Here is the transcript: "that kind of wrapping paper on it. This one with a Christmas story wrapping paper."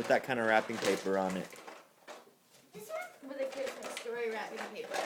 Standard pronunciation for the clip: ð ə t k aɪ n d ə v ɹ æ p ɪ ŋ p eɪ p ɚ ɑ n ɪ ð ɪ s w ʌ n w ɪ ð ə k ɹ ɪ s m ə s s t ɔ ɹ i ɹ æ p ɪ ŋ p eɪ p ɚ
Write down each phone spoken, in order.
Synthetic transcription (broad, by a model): ð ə t k aɪ n d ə ɹ æ p ɪ ŋ p eɪ p ɚ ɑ n ɪ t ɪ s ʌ w ɪ ð ə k ɪ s ə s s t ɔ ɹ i ɹ æ p ɪ ŋ p eɪ p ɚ